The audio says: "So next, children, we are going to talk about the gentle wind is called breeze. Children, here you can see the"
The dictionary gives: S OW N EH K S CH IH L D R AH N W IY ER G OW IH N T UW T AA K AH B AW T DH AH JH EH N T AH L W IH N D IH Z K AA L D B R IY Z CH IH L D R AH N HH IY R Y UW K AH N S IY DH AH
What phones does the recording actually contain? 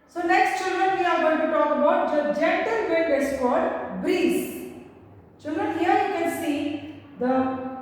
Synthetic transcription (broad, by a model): S OW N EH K S CH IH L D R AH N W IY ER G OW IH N T UW T AA K AH B AW T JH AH JH EH N T AH L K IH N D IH S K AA D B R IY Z CH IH L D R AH N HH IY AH Y UW K AH N S IY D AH